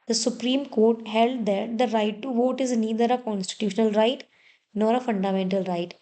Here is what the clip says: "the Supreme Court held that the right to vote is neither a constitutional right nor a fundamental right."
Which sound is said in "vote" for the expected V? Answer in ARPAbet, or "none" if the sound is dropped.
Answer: V